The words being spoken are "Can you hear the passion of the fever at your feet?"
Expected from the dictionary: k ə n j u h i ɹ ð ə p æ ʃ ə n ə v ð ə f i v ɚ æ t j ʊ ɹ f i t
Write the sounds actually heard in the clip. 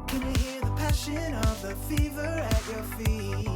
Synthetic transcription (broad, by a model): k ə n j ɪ h i ɹ ð ə p æ ʃ ə n ə v ð ə f i v ɚ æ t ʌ ɹ f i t